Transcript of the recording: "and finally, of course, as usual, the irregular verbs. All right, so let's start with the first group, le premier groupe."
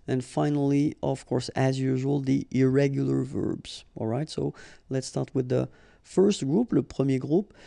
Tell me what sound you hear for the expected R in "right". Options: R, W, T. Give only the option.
R